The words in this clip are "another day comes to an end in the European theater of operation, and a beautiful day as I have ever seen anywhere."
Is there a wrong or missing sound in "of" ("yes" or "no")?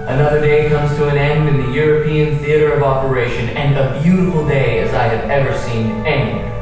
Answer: no